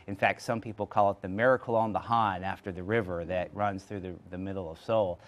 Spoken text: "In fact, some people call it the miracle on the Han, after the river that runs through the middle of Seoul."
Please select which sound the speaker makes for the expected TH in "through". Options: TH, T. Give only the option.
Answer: TH